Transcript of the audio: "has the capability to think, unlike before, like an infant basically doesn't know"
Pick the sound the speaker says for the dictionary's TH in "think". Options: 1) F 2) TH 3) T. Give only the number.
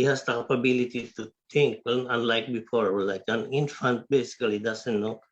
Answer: 3